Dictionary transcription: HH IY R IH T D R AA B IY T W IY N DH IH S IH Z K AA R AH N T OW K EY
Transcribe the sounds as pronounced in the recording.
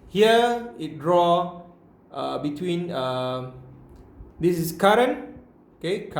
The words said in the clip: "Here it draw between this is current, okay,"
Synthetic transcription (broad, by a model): HH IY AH IH T D R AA B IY T W IY N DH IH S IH S K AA R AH N OW K EY